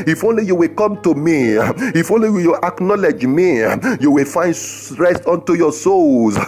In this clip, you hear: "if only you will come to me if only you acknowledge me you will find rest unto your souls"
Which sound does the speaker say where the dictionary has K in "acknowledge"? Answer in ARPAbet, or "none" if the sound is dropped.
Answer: K